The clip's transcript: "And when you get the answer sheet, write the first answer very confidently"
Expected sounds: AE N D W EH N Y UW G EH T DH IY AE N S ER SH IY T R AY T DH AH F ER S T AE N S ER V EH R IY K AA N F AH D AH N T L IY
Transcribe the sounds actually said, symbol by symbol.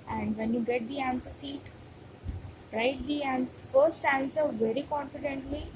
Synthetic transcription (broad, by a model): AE N D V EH N Y UW G EH T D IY AE N S ER S IY T R AY T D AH F ER S T AE N S ER V EH R IY K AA N F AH D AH N T L IY